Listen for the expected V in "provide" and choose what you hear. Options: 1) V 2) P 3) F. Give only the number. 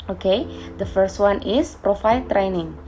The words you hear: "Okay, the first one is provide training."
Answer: 3